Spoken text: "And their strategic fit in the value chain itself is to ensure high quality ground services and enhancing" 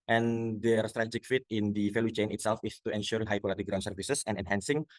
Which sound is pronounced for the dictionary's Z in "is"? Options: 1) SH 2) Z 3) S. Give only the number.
3